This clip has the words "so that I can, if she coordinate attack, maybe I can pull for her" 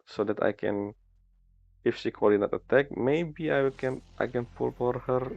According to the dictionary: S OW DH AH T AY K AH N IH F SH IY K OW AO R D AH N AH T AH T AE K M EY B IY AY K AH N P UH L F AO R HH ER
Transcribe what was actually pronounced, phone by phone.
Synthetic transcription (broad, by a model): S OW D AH T AY K AH N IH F S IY K OW AO R D AH N AH T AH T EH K M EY B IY AY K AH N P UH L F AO R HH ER